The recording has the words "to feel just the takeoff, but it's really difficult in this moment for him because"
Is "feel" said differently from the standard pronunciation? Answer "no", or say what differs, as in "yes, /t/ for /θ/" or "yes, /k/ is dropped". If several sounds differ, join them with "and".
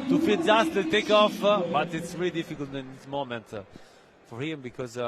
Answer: yes, /n/ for /l/